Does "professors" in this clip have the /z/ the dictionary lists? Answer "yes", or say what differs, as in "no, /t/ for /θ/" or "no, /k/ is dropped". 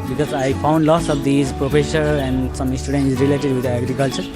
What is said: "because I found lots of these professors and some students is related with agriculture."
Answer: no, /z/ is dropped